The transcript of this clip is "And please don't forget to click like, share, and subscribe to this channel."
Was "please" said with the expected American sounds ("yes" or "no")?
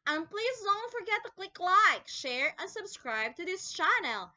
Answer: yes